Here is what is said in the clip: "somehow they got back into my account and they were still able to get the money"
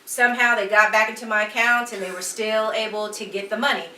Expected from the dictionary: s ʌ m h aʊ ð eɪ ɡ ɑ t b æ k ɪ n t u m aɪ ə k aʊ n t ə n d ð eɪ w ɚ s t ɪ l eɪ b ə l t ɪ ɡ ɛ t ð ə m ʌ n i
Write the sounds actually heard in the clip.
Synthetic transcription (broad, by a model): s ʌ m h aʊ ð eɪ ɡ ɑ t b æ k ɪ n t u m aɪ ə k aʊ n t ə n ð eɪ w ɚ s t ɪ l eɪ b l t ɪ ɡ ɛ t ð ə m ʌ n i